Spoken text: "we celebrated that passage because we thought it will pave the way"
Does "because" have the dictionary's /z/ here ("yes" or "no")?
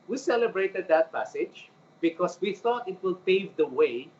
no